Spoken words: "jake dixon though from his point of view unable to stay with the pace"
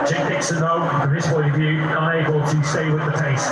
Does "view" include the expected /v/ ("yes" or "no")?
yes